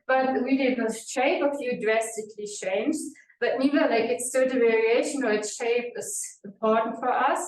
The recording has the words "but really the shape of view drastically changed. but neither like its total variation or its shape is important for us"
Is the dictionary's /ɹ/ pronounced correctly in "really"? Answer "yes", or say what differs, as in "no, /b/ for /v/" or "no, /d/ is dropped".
no, /w/ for /ɹ/